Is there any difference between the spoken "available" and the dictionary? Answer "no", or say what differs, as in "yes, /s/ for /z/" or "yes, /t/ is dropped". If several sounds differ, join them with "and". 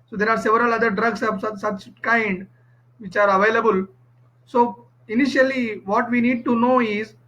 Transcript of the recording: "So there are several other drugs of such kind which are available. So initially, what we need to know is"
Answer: no